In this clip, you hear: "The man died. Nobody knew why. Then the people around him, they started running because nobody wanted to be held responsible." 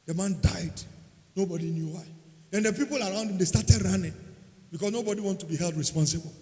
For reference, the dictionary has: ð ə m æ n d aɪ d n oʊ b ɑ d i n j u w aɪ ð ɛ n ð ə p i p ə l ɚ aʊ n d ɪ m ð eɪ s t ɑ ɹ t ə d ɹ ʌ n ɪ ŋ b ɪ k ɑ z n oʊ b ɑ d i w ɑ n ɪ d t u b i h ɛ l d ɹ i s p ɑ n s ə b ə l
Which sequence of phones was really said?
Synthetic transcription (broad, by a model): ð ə m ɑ n d aɪ d n oʊ b ɑ d i n j u w aɪ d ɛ n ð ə p i p ə l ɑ aʊ n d ɪ m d eɪ s t ɑ t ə d ɹ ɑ n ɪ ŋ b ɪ k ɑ s n oʊ b ɑ d i w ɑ n t u b i h ɛ l d ɹ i s p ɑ n s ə b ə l